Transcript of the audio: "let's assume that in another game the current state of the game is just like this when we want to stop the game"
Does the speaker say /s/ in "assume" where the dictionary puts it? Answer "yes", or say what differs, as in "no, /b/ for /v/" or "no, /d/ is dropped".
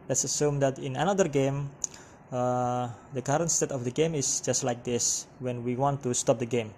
yes